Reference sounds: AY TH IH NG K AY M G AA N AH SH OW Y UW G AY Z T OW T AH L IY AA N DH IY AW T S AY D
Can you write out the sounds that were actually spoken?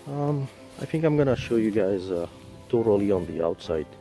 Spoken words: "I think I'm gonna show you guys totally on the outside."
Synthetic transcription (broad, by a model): AY TH IH NG K AY M G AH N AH SH OW Y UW G AY Z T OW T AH L IY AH N DH IY AW T S AY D